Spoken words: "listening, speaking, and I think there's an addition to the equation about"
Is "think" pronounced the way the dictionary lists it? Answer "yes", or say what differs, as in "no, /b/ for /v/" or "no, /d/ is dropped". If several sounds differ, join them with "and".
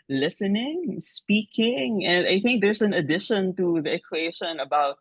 yes